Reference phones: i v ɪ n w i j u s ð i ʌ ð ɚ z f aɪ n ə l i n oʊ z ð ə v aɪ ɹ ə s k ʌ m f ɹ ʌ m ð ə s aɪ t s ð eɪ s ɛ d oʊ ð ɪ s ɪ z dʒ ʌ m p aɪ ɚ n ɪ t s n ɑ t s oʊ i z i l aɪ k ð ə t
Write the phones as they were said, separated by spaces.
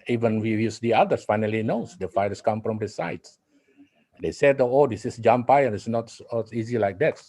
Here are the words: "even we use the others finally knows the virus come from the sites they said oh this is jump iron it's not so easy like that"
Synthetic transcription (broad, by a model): i v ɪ n w i j u s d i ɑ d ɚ s f aɪ n ə l i n oʊ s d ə f aɪ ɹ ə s k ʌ m f ɹ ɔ m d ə s aɪ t s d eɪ s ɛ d oʊ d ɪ s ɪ s dʒ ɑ m p aɪ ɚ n ɪ t s n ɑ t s i z i l aɪ k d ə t